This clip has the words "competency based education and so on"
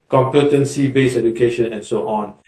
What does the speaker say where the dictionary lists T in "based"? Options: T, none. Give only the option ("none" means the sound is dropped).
none